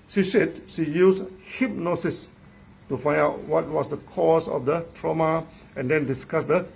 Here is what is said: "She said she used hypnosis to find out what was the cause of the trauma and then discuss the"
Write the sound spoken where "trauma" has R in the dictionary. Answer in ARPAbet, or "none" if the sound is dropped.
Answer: R